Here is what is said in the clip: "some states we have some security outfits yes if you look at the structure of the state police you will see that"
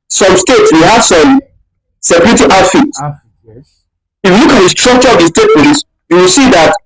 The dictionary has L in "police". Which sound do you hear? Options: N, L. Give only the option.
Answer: N